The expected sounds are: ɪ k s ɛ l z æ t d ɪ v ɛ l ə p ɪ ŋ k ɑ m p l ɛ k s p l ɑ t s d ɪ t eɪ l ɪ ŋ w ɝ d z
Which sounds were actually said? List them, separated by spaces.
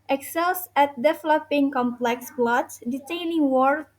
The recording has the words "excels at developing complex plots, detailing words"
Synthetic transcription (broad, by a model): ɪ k s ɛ l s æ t d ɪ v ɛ l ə p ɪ ŋ k ɑ m p l ɛ k s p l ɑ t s d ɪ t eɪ n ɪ ŋ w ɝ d